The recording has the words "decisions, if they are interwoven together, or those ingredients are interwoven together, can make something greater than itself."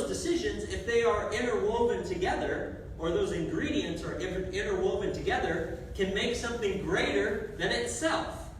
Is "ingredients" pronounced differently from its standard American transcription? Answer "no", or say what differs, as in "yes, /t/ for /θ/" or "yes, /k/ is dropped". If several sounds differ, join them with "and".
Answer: no